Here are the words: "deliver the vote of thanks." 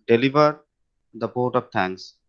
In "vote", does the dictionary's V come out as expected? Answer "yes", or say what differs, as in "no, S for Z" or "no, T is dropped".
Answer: no, P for V